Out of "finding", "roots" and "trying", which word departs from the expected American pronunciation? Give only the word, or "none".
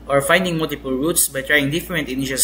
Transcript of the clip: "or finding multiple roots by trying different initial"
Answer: none